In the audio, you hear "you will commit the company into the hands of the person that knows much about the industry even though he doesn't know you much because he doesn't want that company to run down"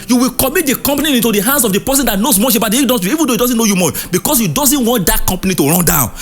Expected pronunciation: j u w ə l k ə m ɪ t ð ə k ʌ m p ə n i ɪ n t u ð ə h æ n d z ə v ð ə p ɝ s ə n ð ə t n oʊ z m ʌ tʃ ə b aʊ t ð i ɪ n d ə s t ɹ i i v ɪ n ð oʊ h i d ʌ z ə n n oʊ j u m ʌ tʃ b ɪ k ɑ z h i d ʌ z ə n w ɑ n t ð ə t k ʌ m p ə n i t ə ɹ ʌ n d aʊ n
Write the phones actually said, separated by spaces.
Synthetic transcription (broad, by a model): j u w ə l k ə m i t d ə k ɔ m p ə n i ɪ n t u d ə h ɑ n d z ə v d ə p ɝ s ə n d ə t n oʊ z m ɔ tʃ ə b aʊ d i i d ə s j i i v ɪ n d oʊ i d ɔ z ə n n oʊ j u m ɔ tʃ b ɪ k ɑ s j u d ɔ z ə n w ɑ n t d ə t k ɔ m p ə n i t ə ɹ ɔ n d aʊ n